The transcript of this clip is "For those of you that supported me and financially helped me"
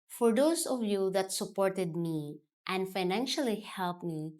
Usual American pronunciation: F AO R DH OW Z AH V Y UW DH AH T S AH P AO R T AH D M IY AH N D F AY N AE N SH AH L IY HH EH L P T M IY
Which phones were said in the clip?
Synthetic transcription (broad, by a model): F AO R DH OW S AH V Y UW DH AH T S AH P AO R T AH D M IY AH N D F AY N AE N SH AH L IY HH EH L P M IY